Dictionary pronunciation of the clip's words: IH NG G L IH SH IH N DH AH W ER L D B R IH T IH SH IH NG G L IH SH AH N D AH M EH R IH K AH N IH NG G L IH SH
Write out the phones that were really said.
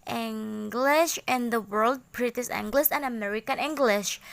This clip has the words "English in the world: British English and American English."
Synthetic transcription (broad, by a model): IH NG G L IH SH IH N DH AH W ER L D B R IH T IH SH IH NG G L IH S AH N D AH M EH R IH K AH N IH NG G L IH SH